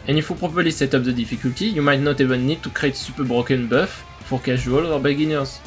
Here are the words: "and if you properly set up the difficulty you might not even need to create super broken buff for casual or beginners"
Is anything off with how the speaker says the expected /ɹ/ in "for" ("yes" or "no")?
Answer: no